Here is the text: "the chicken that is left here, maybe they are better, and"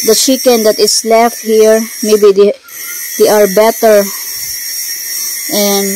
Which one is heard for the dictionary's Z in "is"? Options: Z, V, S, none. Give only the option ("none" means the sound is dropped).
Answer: S